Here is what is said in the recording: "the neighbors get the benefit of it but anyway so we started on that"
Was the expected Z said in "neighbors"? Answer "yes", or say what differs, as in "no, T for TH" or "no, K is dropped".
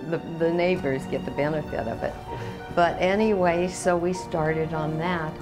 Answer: yes